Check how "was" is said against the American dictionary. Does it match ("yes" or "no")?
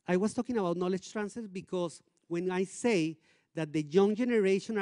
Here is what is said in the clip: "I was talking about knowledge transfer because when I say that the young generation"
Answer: no